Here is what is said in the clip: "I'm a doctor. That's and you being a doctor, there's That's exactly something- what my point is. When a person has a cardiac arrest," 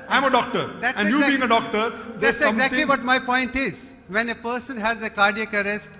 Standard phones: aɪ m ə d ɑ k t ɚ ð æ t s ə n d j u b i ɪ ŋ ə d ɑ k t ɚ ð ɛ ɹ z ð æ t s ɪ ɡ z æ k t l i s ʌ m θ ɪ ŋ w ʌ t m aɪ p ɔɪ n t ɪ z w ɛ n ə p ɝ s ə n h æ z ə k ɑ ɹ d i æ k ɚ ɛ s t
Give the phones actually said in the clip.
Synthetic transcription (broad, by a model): aɪ m ə d ɑ k t ɚ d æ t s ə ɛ j u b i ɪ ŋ ə d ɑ k t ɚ ɹ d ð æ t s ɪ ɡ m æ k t l i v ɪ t m aɪ p ɔɪ n t ɪ z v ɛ n ə p ɝ s ə n h æ z ə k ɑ ɹ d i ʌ k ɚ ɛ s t